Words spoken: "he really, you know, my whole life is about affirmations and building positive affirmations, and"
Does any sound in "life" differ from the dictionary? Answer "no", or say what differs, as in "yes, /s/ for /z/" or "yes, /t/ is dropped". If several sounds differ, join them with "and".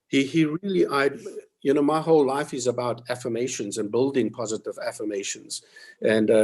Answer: no